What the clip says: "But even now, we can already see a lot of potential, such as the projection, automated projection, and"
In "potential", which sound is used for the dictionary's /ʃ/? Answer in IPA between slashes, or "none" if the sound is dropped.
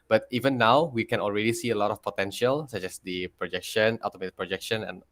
/ʃ/